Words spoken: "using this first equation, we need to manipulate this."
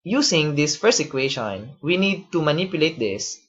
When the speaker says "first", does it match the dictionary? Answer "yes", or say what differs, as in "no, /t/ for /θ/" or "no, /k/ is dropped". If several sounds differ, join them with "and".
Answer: no, /t/ is dropped